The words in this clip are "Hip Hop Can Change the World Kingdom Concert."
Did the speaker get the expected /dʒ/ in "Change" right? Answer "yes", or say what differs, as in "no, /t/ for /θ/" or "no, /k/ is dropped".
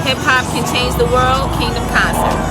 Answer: no, /z/ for /dʒ/